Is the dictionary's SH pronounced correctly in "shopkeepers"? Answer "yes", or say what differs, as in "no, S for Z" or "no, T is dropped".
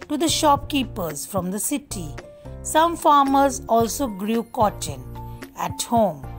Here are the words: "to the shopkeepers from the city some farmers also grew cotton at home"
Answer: yes